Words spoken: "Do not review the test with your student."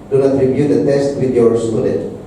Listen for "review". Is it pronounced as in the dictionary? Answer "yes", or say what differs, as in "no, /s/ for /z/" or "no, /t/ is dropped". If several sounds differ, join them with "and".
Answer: no, /b/ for /v/